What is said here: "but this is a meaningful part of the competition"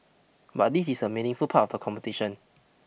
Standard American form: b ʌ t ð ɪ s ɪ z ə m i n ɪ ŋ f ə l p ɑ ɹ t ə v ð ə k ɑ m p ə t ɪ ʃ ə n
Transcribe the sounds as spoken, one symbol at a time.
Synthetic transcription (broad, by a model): b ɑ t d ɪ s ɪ s ə m i n ɪ ŋ f ə l p ɑ t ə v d ə k ɑ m p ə t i ʃ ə n